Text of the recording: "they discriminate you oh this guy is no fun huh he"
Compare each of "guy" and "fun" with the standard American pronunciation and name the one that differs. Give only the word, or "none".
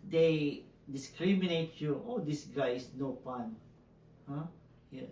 fun